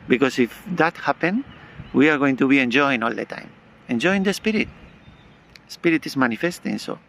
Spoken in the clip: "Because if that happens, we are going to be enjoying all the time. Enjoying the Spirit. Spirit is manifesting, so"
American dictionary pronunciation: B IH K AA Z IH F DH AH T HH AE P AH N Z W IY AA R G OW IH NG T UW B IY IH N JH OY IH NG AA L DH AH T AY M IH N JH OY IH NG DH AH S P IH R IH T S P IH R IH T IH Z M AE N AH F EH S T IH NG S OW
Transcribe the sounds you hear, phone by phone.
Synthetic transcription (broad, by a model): B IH K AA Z IH F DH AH T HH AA P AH N W IY AA R G OW IH NG T UW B IY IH N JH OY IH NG AA L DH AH T AY M IH N JH OY IH NG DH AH S P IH R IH T S P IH R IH T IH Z M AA N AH F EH S T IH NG S OW